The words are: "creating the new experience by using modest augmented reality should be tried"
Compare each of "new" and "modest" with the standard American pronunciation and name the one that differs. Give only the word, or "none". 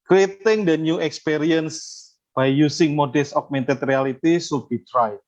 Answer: modest